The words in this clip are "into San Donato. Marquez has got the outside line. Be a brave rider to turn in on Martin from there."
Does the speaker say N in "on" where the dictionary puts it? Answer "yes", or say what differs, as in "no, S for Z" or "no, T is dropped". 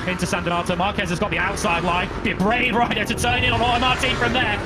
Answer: no, L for N